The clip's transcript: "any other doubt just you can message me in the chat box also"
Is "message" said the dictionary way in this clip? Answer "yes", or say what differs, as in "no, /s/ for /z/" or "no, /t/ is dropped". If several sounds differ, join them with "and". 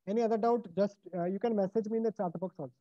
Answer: yes